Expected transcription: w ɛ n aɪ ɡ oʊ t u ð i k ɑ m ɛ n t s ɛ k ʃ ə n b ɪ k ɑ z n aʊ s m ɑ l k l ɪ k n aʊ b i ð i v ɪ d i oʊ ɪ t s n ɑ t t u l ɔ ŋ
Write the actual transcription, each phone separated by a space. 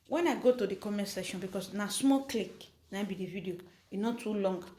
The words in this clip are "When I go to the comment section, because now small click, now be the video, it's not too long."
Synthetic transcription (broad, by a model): w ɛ n aɪ ɡ oʊ t u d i k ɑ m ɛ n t s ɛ ʃ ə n b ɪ k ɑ s n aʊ s m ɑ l k l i k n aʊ b i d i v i d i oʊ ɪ n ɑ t t u l ɔ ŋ